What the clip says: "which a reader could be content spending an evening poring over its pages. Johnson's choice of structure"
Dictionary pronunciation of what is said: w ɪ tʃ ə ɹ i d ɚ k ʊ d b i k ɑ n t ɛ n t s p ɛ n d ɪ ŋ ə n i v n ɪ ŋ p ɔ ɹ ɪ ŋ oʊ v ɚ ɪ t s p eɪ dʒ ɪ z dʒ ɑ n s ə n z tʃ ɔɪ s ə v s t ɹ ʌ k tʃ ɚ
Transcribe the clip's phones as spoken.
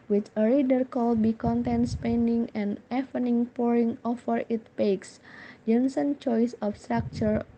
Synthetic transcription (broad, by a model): w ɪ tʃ ə ɹ i d ɚ k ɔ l b i k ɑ n t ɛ n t s p ɛ n d ɪ ŋ ə n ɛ f n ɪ ŋ p ɔ ɹ ɪ ŋ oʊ f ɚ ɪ t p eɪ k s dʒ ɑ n s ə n tʃ ɔɪ s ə f s t ɹ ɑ k tʃ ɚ